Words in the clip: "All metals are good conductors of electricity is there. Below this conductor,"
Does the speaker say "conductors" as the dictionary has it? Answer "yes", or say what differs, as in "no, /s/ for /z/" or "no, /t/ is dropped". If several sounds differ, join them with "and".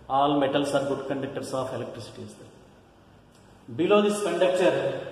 no, /s/ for /z/